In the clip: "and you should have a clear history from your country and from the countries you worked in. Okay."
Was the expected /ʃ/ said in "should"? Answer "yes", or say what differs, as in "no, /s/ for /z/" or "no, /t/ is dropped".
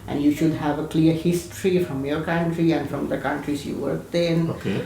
yes